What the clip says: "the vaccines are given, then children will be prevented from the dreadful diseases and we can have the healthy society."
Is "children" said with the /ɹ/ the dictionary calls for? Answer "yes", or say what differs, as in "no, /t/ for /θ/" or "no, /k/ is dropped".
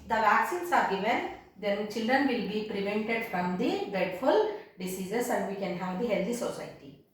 yes